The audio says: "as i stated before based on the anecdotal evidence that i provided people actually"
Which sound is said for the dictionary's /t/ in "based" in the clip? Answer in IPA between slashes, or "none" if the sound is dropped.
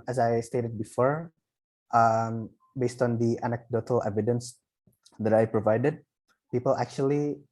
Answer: /t/